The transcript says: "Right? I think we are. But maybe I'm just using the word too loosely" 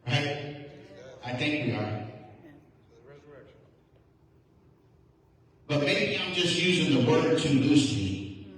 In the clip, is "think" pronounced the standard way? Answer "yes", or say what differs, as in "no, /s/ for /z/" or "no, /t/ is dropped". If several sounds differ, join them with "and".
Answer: yes